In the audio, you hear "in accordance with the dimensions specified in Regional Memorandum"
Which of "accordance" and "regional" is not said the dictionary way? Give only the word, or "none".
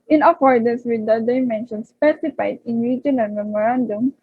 regional